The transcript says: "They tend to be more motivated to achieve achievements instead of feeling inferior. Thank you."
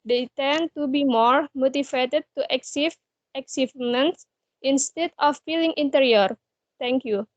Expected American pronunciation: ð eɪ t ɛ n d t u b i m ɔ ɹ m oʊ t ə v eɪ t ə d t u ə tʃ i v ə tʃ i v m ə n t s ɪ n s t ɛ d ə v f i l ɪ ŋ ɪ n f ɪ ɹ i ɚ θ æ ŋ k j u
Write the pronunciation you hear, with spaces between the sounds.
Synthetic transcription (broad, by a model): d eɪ t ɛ n t u b i m ɔ ɹ m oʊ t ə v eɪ t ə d t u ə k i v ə s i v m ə n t s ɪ n s t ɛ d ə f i l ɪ ŋ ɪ n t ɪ ɹ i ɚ t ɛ ŋ k j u